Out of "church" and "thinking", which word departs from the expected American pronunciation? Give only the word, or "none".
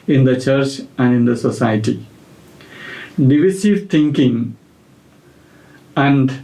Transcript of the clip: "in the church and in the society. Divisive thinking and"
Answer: thinking